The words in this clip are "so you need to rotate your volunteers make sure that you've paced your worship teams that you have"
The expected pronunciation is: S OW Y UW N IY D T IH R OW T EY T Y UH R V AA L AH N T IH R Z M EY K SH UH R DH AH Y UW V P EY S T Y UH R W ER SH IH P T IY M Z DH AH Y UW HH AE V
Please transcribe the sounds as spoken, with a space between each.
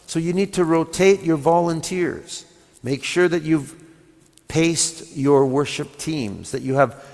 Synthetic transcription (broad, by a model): S OW Y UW N IY D T IH R OW T EY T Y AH R V AA L AH N T IH R Z M EY K SH UH R DH AH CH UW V P EY S T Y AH R W ER SH IH P T IY M Z DH AH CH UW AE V